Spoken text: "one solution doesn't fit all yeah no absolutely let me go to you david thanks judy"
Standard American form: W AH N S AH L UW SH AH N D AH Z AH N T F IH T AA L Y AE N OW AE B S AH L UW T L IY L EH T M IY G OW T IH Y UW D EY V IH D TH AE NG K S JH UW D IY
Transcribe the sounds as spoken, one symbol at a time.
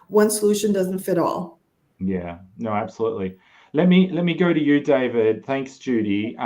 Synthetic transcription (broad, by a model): W AH N S AH L UW SH AH N D AH Z N T F IH T AA L Y AE N OW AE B S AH L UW T L IY L EH T M IY G OW T IH Y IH D EY V IH D TH AE NG K S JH UW D IY